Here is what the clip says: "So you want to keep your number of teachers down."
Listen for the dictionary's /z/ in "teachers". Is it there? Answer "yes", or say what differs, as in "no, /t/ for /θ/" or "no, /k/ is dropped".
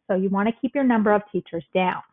yes